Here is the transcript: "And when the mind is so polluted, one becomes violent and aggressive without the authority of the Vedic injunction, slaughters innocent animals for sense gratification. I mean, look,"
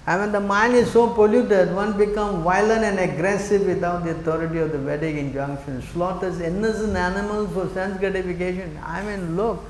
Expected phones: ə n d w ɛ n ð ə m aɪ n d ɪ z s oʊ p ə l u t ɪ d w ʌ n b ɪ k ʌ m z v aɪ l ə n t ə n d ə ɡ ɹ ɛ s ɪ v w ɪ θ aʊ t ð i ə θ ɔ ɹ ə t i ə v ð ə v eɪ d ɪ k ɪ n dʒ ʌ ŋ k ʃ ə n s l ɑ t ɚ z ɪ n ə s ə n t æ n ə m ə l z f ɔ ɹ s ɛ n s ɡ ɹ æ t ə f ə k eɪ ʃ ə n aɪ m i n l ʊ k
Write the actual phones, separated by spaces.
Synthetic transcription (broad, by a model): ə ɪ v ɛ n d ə m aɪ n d ɪ z s oʊ p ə l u t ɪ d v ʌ n b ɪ k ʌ m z v aɪ l ə n t ə n d ə ɡ ɹ ɛ s ɪ v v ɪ t aʊ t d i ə t ɔ ɹ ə t i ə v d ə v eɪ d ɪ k ɪ n dʒ ʌ ŋ k ʃ ə n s l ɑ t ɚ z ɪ n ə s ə n æ n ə m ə l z f ɔ ɹ s ɛ n s ɡ ɹ æ t ə f ə k eɪ ʃ ə n aɪ m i n l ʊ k